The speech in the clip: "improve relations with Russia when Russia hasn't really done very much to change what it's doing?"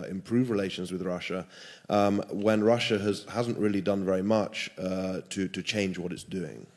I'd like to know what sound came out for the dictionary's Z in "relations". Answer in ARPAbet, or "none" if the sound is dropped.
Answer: Z